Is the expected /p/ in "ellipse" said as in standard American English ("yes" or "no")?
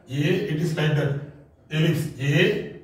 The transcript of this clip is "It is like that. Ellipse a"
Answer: no